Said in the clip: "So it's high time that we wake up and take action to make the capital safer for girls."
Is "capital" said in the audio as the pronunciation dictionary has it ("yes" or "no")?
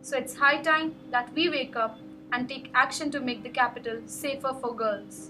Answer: yes